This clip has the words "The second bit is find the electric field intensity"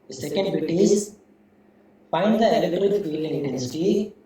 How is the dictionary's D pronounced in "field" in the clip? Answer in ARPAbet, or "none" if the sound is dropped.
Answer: none